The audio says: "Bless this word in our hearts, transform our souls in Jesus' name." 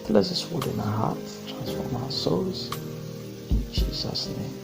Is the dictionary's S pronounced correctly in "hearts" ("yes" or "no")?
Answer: no